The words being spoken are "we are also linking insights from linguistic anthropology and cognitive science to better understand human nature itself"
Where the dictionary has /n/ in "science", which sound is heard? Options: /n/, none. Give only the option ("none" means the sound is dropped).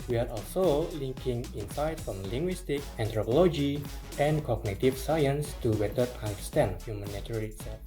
/n/